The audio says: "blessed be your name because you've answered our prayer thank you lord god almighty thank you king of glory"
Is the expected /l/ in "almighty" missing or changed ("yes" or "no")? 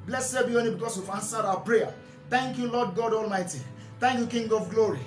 no